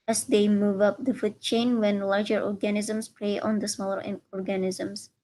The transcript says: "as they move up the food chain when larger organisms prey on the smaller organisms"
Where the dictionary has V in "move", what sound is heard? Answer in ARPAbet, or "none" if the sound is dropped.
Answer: V